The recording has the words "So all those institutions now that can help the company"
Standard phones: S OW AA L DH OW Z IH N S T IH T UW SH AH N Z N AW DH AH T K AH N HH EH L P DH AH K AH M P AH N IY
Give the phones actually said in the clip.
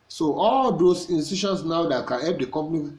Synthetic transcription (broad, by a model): S OW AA L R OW S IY N S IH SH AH N S N AW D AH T K AH N HH EH L P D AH K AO M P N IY